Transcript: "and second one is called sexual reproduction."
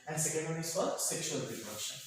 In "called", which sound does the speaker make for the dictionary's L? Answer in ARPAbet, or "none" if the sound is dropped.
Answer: none